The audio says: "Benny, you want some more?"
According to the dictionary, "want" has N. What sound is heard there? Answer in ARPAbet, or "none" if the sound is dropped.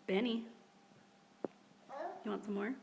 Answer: N